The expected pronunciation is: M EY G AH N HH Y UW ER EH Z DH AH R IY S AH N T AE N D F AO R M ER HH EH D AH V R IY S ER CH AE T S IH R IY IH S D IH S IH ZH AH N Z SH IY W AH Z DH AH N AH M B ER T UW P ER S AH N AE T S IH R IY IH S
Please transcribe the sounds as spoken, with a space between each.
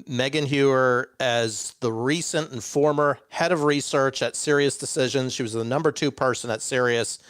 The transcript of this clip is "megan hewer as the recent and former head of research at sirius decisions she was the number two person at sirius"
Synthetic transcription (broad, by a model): M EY G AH N HH Y UW ER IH Z DH AH R IY S AH N T N F AO R M ER HH EH D AH V R IY S ER CH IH T S IH R IY IH S D IH S IH ZH AH N Z SH IY W AH Z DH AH N AH M B ER T UW P ER S AH N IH T S IH R IY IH S